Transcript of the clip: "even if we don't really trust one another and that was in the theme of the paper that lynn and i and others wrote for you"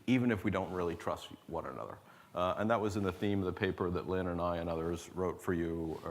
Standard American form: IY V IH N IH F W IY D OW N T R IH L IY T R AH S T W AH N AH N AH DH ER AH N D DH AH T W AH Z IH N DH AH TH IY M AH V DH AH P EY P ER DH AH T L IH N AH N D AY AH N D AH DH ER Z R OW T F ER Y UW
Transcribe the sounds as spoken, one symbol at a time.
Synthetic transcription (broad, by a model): IY V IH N IH F W IY D OW N T R IH L IY T R AH S T W AH N AH N AH DH ER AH N DH AH T W AH Z IH N DH AH TH IY M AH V DH AH P EY P ER DH AH T L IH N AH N AY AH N AH DH ER Z R OW T F ER Y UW